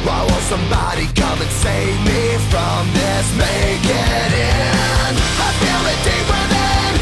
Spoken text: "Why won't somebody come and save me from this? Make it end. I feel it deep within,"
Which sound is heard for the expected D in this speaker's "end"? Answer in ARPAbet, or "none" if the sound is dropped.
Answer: none